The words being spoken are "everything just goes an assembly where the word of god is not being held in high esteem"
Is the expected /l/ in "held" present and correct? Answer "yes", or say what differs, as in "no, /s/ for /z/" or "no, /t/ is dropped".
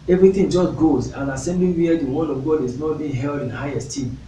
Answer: yes